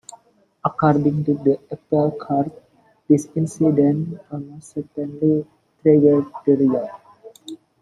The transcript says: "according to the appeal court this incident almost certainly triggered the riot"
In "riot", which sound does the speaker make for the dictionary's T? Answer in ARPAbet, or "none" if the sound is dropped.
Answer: none